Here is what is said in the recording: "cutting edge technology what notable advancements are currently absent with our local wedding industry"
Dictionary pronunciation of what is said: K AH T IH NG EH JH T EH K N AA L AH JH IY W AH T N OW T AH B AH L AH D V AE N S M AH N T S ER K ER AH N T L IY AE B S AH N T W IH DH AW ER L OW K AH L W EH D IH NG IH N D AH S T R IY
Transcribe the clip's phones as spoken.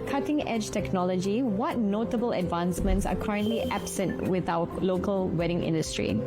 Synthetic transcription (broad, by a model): K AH T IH NG EH JH T EH K N AA L AH JH IY W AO T N OW T AH B AH L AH D V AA N S M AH N T S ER K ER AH N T L IY AE B S AH N T W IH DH AW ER L OW K AH L W EH D IH NG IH N D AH S T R IY